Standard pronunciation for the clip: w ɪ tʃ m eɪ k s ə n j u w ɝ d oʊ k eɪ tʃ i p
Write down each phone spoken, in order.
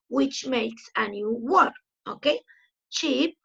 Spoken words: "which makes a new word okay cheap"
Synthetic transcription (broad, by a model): w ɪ tʃ m eɪ k s ə n j u w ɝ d oʊ k eɪ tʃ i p